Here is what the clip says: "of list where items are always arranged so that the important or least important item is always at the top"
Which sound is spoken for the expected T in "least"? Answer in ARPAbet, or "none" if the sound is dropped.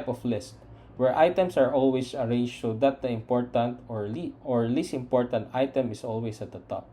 none